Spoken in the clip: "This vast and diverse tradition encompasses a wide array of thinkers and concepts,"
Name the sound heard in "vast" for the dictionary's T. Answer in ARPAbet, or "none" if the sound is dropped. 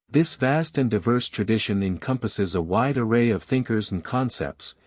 T